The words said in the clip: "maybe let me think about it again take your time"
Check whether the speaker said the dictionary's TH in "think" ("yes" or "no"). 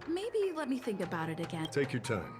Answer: yes